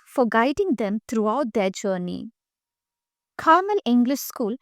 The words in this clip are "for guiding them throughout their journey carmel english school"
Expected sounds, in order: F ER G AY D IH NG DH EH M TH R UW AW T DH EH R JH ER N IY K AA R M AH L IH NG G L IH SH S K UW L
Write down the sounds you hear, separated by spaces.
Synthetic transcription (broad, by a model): F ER G AY D IH NG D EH M T R UW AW T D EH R JH ER N IY K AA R M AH L IH NG G L IH SH S K UW L